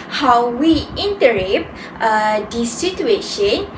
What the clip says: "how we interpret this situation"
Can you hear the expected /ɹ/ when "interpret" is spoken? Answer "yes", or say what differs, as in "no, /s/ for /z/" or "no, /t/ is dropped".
no, /ɹ/ is dropped